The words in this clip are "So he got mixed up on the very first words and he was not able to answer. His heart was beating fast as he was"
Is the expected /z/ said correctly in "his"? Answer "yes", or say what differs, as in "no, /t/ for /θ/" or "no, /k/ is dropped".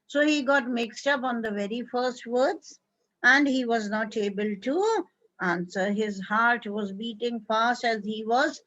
yes